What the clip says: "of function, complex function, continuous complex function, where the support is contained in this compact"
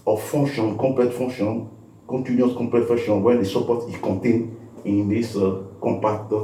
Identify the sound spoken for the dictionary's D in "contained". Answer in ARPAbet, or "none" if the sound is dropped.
none